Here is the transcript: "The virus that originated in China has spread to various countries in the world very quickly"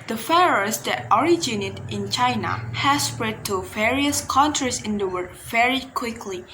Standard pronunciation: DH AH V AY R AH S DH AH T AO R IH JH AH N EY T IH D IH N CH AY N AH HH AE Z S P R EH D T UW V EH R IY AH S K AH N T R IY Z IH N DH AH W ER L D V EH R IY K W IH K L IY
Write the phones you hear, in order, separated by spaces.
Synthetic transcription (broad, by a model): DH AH F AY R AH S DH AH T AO R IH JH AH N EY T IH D IH N CH AY N AH HH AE S P R EH D T UW V EH R IY AH S K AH N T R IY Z IH N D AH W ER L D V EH R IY K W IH K L IY